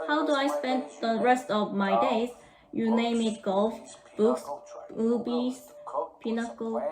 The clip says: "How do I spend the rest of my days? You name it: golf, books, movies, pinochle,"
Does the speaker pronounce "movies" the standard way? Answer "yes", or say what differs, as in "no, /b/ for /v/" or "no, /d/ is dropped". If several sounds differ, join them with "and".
no, /b/ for /v/